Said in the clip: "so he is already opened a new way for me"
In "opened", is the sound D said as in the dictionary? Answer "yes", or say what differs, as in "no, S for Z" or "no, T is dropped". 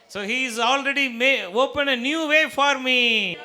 no, D is dropped